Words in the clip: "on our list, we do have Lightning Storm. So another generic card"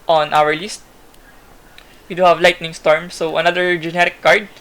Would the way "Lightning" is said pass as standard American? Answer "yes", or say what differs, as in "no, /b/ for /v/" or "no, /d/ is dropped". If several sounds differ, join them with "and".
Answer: yes